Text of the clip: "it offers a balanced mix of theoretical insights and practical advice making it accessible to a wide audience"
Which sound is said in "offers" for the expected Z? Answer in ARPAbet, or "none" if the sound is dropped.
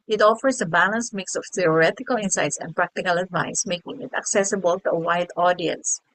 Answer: S